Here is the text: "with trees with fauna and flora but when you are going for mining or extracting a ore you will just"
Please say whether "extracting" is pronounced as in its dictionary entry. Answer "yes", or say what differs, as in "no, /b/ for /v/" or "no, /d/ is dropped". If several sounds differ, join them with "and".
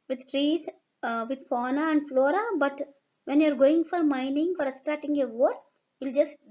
no, /ɹ/ is dropped and /k/ is dropped